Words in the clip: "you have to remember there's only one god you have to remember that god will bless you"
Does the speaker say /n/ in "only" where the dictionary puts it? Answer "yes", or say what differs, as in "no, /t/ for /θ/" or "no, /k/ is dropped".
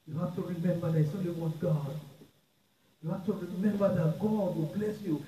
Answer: no, /n/ is dropped